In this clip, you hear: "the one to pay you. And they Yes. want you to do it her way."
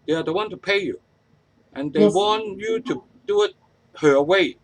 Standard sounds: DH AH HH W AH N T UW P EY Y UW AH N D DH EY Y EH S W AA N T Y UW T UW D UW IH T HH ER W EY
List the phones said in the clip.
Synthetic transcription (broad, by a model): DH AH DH W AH N T UW P EY Y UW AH N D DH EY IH W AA N Y UW T UW D UW IH T HH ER W EY